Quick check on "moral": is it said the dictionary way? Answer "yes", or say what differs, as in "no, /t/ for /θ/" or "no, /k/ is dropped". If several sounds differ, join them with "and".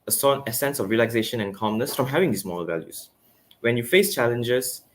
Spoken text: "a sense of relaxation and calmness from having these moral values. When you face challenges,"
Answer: no, /ɹ/ is dropped